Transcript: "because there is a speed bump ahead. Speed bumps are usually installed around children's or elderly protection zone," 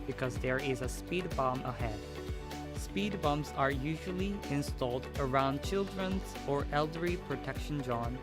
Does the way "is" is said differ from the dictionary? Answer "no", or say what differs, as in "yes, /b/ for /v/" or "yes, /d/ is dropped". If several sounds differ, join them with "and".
no